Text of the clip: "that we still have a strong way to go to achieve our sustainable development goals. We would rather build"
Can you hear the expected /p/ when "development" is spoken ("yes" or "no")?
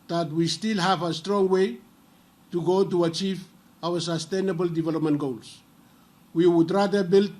yes